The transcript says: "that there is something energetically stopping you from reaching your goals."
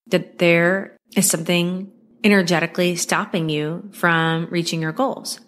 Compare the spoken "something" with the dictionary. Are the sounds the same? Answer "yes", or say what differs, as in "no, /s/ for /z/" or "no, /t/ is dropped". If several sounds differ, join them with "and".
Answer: yes